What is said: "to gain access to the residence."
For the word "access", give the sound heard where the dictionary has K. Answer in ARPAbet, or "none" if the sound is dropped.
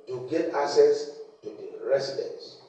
none